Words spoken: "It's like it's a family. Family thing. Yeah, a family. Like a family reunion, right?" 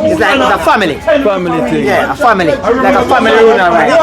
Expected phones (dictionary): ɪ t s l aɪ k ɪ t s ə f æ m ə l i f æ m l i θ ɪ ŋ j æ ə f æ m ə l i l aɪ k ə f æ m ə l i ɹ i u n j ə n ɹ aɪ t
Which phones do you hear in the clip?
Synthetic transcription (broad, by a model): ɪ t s l aɪ k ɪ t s ə f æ m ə l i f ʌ m l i t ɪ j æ ə f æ m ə l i l aɪ k ə f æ m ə l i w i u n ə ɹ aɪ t